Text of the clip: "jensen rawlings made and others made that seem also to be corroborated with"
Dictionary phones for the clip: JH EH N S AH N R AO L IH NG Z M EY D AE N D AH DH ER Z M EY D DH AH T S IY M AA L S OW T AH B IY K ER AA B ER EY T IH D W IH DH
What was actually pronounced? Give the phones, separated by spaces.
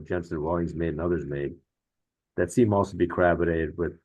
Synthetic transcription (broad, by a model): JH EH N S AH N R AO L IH NG Z M EY D N AH DH ER Z M EY D DH AH T S IY M AA L S OW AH B IY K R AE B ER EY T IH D W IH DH